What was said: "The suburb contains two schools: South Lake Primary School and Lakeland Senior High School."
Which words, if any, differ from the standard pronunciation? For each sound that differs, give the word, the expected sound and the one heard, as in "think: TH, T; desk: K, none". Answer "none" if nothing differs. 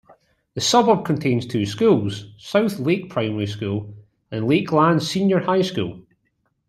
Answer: none